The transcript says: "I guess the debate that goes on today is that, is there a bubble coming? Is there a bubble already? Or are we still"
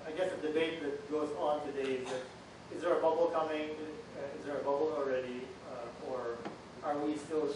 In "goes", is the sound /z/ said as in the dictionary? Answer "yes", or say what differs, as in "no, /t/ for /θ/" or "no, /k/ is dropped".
yes